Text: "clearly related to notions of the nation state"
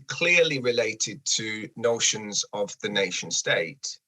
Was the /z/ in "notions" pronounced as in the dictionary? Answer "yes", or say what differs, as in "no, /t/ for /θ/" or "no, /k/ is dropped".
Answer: yes